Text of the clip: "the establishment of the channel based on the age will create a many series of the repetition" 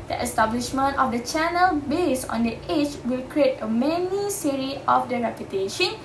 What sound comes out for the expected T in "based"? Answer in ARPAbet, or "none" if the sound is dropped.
none